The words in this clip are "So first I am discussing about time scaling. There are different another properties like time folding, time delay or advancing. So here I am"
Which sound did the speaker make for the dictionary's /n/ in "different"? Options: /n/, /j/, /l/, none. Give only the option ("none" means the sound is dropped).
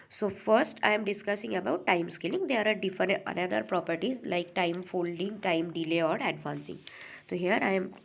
none